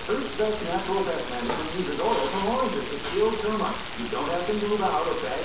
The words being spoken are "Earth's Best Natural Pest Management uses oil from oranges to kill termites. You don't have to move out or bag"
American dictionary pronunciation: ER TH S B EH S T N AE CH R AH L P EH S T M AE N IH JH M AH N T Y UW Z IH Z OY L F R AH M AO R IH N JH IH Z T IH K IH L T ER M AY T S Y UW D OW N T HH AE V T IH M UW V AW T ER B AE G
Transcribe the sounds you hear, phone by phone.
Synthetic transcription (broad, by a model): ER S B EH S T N AE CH AH L B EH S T M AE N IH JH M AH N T Y UW Z IH Z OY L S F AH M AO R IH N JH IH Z T IH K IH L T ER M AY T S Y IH D OW N T HH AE F T IH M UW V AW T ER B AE